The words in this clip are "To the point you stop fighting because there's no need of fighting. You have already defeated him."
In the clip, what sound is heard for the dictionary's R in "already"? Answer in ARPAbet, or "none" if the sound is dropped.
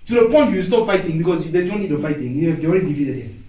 none